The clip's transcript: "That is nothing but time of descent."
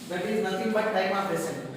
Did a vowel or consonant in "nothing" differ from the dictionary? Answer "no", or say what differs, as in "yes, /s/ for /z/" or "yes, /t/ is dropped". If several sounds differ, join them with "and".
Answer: yes, /t/ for /θ/